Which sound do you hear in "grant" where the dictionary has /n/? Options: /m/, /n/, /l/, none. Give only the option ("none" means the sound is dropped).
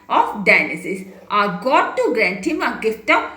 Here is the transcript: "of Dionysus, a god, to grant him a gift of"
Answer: /n/